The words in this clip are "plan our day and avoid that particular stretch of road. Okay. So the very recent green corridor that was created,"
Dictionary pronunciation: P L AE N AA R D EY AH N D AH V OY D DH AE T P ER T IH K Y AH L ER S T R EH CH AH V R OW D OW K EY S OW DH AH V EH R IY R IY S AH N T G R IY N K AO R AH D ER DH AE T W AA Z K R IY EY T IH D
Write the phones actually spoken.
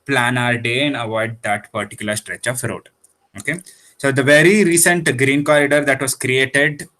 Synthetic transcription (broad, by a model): P L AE N AA R D EY AH N D AH V OY D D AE T P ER T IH K Y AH L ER S T R EH CH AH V R OW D OW K EY S OW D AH V EH R IY R IY S AH N T G R IY N K AO R AH D ER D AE T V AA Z K R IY EY T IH D